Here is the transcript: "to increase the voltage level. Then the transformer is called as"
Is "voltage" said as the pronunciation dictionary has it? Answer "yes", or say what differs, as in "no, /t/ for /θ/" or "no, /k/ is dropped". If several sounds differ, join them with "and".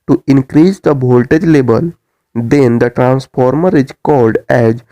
no, /b/ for /v/